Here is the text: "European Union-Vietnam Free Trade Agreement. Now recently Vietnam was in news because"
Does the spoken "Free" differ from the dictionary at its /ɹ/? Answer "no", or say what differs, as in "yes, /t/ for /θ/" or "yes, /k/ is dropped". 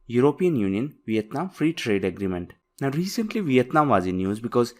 no